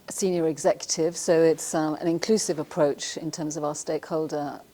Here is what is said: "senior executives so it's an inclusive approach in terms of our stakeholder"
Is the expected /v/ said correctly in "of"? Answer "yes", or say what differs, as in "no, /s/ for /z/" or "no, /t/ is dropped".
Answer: yes